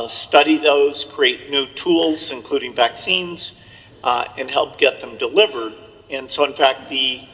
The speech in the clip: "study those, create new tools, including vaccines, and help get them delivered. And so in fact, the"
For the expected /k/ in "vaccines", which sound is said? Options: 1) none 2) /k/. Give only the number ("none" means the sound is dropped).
2